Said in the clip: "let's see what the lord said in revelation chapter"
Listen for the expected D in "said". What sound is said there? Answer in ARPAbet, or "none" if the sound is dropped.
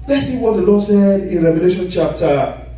D